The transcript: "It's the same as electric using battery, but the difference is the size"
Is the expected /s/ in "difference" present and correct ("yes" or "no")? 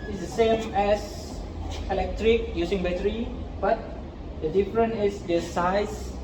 no